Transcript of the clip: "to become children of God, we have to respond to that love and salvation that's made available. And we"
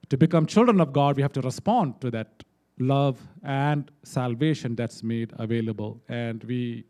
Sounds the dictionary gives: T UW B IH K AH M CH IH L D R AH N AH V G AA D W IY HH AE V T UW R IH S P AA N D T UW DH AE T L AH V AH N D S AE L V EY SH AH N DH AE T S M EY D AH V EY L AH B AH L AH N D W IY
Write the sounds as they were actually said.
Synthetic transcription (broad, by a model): T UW B IH K AH M CH IH L D R AH N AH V G AA D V IY HH AE V T UW R IH S P AA N D T UW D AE T L AH V AH N D S AE L V EY SH AH N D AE T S M EY D AH V EY L AH B AH L AH N D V IY